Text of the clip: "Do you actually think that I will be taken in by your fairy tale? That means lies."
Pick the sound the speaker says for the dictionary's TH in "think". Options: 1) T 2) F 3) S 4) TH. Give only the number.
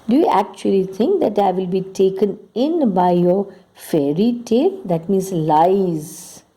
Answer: 1